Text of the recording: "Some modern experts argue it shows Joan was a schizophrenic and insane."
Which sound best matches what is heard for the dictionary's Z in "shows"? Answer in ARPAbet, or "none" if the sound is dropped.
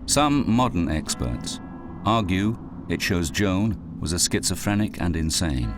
Z